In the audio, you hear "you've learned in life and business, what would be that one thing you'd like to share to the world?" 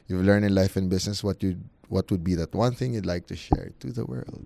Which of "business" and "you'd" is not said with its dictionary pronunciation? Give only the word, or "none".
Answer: business